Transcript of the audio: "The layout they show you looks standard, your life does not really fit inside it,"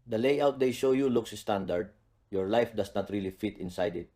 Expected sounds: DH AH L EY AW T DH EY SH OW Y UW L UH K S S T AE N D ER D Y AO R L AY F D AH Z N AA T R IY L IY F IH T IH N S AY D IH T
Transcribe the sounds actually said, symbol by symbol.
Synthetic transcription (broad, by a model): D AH L EY AW T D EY SH OW Y UW L UH K S S T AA N D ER D Y AO R L AY F D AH S N AA T R IY L IY F IH T IH N S AY D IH T